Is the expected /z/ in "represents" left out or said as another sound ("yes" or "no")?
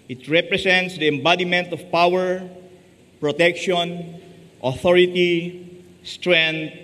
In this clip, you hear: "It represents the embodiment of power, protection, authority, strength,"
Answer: yes